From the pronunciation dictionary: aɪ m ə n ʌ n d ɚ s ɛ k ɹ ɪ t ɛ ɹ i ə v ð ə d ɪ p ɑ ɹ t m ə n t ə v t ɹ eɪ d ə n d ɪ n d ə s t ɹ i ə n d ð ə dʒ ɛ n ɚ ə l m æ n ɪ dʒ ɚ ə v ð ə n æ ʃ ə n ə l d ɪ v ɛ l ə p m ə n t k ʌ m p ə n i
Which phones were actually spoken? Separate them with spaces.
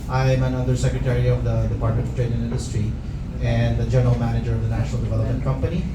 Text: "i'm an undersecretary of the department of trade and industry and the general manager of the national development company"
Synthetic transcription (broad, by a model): aɪ m ə n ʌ d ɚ s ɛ k ɹ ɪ t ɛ ɹ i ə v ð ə d ɪ p ɑ ɹ t m ə n t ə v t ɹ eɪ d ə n ɪ n d ə s t ɹ i ə n d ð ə dʒ ɛ n ɚ ə l m æ n ɪ dʒ ɚ ə v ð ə n æ ʃ ə n ə l d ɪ v ɛ l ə p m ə n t k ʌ m p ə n i